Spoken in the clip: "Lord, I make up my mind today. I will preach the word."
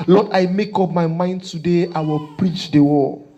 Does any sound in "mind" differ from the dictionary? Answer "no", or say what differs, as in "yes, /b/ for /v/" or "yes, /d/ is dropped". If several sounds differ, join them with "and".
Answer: no